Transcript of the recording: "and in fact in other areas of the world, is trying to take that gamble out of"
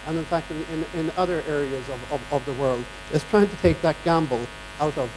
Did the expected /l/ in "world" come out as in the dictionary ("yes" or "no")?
yes